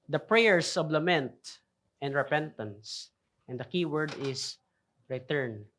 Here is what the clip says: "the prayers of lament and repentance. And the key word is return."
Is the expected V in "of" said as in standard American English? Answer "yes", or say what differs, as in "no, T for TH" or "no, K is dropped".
no, B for V